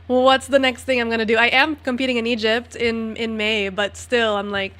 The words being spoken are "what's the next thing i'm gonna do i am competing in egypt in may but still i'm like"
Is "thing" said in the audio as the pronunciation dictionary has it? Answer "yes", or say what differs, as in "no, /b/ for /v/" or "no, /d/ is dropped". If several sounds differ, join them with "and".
yes